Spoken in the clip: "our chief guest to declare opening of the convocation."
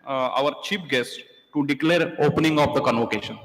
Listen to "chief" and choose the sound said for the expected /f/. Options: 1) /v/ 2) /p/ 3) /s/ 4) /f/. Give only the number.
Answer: 2